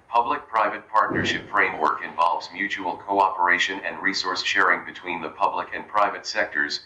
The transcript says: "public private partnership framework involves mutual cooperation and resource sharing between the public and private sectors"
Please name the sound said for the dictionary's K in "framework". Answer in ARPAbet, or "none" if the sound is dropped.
K